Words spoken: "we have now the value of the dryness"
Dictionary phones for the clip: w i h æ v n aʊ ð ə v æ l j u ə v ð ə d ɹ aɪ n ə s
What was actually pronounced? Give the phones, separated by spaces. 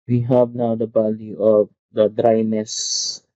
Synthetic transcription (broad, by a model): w i h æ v n aʊ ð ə b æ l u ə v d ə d ɹ aɪ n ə s